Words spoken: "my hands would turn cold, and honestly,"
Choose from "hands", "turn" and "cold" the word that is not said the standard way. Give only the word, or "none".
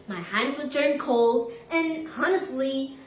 none